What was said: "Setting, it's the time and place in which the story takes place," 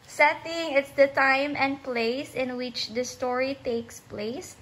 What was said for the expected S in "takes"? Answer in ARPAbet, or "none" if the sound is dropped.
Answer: S